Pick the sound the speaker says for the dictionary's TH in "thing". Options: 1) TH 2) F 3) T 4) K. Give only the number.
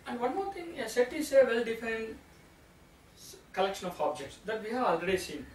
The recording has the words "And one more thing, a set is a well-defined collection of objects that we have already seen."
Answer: 3